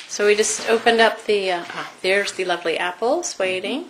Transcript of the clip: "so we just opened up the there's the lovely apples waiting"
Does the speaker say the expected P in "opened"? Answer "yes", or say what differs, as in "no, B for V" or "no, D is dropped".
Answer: yes